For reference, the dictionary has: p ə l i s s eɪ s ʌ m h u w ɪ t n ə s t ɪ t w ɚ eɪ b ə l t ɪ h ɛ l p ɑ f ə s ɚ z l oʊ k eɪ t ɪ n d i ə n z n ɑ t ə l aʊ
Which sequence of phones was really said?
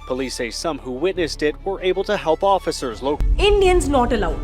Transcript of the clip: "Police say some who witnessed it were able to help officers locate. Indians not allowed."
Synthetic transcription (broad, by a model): p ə l i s s eɪ s ʌ m h u w ɪ t n ə s t ɪ t w ɚ eɪ b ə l t ɪ h ɛ l p ɑ f ə s ɚ z l oʊ ʊ ɪ n d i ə n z n ɑ t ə l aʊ